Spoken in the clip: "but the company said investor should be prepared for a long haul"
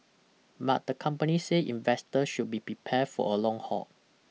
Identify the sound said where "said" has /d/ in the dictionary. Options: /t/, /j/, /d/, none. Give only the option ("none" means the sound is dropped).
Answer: none